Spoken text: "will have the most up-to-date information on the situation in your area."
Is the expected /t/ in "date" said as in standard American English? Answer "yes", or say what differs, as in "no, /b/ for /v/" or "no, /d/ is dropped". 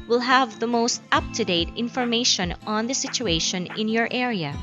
yes